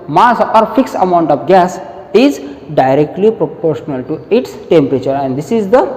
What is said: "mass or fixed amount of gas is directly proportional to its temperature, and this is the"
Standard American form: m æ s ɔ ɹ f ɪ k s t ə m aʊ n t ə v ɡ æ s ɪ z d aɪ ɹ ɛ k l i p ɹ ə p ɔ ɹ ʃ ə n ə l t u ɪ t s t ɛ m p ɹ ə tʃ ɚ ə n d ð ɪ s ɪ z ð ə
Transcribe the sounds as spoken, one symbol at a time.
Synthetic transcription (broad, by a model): m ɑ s ɔ ɹ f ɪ k s ə m aʊ n t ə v ɡ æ s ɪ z d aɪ ɹ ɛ k l i p ɹ ə p ɔ ɹ ʃ ə n ə l t u ɪ t s t ɛ m p ɹ ə tʃ ɚ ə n d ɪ s ɪ z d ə